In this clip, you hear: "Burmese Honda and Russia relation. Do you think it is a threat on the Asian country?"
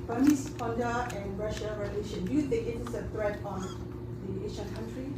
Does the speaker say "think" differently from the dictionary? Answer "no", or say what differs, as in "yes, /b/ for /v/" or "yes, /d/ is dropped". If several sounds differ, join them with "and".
yes, /t/ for /θ/ and /ŋ/ is dropped